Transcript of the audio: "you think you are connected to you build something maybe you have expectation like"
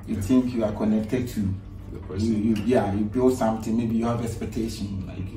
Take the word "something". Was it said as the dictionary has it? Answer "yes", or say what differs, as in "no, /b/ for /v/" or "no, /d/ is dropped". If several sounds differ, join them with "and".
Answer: no, /t/ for /θ/